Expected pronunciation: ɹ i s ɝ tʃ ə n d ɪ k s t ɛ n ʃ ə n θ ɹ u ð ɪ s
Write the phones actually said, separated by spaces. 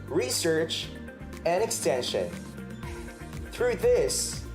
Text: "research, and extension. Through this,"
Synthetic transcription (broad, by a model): ɹ i s ɝ tʃ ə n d ɪ k s t ɛ n ʃ ə n θ ɹ u ð ɪ s